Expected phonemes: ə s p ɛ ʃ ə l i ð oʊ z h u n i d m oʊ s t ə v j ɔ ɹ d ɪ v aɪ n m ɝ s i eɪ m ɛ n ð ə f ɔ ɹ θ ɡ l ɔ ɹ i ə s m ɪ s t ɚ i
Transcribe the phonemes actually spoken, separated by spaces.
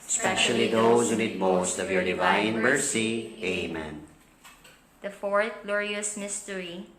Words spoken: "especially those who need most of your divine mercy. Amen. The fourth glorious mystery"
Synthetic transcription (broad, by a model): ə s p ɛ ʃ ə l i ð oʊ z h u n i d m oʊ s t ə v j ɔ ɹ d ɪ v aɪ n m ɝ s i eɪ m ɛ n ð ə f ɔ ɹ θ ɡ l ɔ ɹ i ə s m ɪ s t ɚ i